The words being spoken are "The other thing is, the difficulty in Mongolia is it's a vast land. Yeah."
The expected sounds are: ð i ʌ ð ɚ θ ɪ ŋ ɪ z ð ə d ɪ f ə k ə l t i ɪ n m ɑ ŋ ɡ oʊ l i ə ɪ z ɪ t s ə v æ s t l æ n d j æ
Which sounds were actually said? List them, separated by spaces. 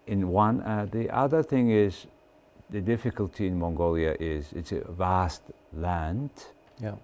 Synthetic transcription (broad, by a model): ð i ʌ ð ɚ θ ɪ ŋ ɪ z ð ə d ɪ f ə k ə l t i ɪ n m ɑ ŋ ɡ oʊ l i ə ɪ z ɪ t s ə v æ s t l æ n d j